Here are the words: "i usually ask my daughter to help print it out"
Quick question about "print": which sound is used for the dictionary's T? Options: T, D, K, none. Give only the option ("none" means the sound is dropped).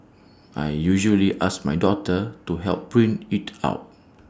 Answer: none